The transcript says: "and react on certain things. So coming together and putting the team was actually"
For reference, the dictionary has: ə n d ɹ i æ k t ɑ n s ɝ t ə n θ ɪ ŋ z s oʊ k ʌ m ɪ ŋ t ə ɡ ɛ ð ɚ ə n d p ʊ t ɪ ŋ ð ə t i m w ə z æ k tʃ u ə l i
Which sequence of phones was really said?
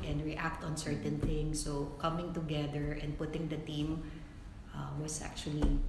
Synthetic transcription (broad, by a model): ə n d ɹ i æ k t ɑ n s ɝ t ə n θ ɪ ŋ s oʊ k ʌ m ɪ ŋ t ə ɡ ɛ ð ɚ ə n d p ʊ t ɪ ŋ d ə t i m w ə s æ k tʃ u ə l i